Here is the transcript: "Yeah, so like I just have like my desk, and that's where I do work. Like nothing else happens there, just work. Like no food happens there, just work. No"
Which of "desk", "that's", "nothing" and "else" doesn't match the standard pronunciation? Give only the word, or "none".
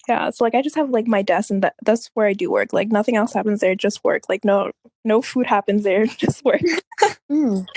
desk